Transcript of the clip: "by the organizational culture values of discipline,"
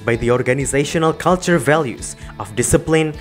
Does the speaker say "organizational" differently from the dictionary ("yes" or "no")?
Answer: no